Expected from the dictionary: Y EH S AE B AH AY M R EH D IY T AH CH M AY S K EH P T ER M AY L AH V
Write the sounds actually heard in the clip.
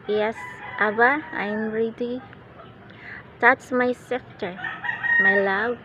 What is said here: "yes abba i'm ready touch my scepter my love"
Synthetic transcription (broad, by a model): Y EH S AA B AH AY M R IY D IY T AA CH M AY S EH F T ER M AY L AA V